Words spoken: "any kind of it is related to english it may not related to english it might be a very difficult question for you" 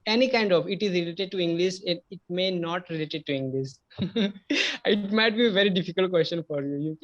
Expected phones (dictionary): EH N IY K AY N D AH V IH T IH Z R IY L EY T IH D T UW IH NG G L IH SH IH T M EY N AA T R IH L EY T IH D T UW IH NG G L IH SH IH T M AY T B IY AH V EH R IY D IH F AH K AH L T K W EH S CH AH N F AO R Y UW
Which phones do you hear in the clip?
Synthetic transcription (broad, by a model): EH N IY K AY N D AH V IH T IH Z R IY L EY T IH D T UW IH NG G L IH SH IH T M EY N AA T R IH L EY T IH D T UW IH NG G L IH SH IH T M AY T B IY AH V EH R IY D IH F AH K AH L T K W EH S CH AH N F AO R Y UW